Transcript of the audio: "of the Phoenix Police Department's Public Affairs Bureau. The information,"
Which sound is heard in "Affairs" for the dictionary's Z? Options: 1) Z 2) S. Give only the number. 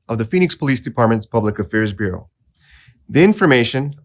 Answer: 1